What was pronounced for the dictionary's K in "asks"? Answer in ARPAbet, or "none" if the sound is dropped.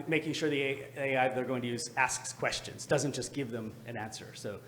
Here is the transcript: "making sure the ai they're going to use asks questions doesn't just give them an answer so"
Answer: K